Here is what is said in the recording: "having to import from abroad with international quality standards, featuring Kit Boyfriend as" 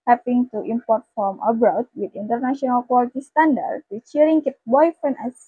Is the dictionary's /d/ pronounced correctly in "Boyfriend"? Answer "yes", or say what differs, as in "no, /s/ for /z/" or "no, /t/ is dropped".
no, /d/ is dropped